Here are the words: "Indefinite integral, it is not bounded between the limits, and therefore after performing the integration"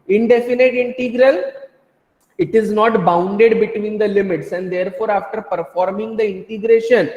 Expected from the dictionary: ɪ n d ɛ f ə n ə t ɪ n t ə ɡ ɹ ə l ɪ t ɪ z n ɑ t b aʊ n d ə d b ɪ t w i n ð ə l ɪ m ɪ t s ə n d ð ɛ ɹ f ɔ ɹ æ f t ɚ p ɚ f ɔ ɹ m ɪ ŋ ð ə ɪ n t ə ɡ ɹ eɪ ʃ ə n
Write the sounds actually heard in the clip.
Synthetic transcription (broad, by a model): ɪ n d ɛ f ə n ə t ɪ n t ə ɡ ɹ ə l ɪ t ɪ z n ɑ t b aʊ n d ə d b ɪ t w i n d ə l ɪ m ɪ t s ə n d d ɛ ɹ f ɔ ɹ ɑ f t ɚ p ɚ f ɔ ɹ m ɪ ŋ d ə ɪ n t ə ɡ ɹ eɪ ʃ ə n